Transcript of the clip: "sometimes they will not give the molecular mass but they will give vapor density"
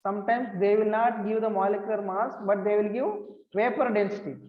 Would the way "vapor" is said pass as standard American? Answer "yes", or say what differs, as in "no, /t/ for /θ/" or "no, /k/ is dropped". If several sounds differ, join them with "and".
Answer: no, /p/ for /v/